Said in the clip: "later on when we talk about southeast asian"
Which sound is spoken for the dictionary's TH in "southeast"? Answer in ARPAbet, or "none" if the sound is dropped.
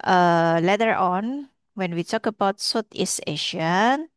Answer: T